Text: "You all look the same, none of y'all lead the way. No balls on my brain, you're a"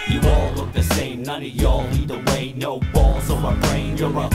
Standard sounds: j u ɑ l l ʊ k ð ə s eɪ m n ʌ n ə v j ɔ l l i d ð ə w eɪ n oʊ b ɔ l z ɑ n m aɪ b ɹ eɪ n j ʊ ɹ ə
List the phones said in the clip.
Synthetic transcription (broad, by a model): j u ɑ l l ʊ k ð ə s eɪ m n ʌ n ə j ɔ l n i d ð ə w eɪ n oʊ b ɔ l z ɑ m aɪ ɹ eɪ n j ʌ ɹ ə